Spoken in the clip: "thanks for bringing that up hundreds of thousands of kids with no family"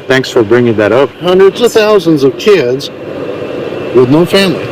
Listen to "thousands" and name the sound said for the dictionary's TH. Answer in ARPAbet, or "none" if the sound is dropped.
TH